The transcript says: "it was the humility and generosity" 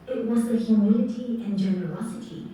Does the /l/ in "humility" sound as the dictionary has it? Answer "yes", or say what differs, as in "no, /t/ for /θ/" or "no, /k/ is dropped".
no, /n/ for /l/